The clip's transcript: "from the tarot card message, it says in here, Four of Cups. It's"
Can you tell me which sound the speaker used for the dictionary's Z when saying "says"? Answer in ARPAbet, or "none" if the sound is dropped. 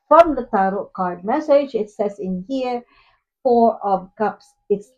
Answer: S